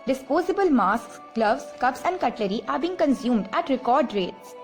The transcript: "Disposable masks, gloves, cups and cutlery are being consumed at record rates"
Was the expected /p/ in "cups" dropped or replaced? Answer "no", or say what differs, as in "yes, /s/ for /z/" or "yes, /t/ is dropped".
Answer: yes, /b/ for /p/